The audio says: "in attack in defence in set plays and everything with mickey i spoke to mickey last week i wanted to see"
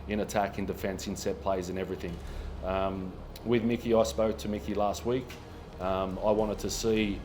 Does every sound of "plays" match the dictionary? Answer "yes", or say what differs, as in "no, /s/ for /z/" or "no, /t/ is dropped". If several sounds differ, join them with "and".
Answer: yes